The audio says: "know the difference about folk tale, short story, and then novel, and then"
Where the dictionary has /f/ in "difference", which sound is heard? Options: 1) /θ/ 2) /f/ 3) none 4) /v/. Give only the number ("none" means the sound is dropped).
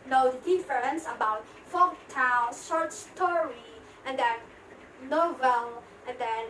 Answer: 3